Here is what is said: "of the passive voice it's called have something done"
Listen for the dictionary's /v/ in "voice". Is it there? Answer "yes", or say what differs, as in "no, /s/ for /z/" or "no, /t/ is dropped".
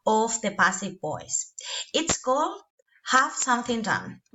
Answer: no, /b/ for /v/